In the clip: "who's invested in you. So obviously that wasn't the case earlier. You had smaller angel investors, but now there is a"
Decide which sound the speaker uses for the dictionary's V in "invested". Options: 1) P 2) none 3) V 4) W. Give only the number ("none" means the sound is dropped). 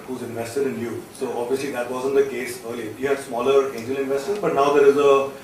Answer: 3